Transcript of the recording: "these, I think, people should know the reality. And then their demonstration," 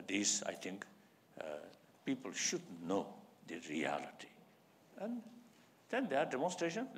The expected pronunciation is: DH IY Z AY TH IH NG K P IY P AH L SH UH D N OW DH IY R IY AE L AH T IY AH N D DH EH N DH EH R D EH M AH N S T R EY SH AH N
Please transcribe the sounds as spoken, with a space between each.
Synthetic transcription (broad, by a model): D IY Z AY T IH NG K P IY P AH L SH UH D N OW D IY R IY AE L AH T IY AH N D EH N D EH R D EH M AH N S T R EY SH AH N